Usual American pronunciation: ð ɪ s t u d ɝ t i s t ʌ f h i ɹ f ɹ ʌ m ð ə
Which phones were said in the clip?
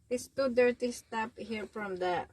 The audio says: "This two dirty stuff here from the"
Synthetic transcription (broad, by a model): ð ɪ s t u d ɝ t i s t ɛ p h i ɹ f ɹ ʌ m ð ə